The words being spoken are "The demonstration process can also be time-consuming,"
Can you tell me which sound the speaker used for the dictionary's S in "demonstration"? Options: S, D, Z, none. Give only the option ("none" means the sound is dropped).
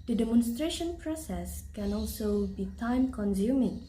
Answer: S